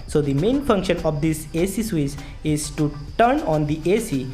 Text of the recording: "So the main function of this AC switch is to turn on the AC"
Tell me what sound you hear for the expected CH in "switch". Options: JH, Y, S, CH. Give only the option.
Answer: S